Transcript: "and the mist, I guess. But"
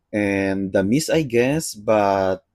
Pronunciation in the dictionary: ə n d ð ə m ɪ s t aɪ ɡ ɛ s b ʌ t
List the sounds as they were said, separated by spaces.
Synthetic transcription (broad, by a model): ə n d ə m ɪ s aɪ ɡ ɛ s b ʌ t